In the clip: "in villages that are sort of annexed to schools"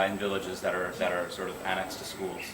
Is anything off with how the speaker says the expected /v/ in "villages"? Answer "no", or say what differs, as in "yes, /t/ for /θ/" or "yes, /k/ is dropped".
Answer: no